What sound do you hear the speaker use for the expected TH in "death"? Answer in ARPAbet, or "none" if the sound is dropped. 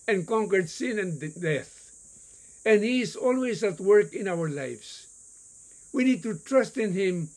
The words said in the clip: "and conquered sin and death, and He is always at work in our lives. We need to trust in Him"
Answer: TH